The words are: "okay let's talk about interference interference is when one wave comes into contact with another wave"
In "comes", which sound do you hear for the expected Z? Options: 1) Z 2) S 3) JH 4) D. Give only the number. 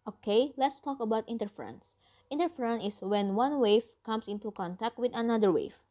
2